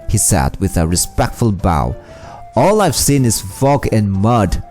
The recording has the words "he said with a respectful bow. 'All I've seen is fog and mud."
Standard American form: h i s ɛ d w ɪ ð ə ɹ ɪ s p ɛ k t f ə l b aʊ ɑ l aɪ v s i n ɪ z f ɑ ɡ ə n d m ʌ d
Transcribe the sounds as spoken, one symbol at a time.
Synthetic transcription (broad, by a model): h i s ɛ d w ɪ ð ə ɹ ɪ s p ɛ k t f ə l b aʊ ɑ l aɪ v s i n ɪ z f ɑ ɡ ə n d m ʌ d